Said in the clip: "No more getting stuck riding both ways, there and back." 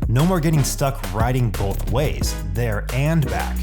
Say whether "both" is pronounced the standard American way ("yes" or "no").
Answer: yes